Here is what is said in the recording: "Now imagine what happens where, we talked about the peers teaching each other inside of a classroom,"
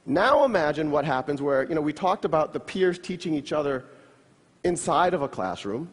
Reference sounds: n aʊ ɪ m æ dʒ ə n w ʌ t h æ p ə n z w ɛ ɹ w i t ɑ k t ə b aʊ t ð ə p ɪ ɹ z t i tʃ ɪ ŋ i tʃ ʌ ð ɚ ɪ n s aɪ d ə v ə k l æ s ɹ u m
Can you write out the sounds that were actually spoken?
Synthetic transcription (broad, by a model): n aʊ ɪ m æ dʒ ə n w ʌ t h æ p ə n z w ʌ ɹ w i t ɑ k t ə b aʊ t ð ə p ɪ ɹ z t i tʃ ɪ ŋ i tʃ ʌ ð ɚ ɪ n s aɪ d ə v ə k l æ s ɹ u m